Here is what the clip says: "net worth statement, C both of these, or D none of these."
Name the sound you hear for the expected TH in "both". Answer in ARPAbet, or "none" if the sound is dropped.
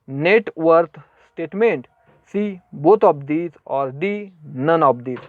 T